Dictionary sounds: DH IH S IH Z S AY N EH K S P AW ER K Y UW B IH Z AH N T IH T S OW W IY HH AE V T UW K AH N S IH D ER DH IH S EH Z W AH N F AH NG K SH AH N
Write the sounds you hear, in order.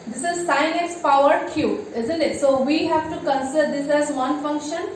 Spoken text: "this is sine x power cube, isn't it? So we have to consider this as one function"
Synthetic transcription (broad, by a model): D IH S IH Z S AY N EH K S P AW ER K Y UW IH Z AH N T IH T S OW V IY HH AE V T UW K AH N S IH D ER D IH S EH Z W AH N F AH NG K SH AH N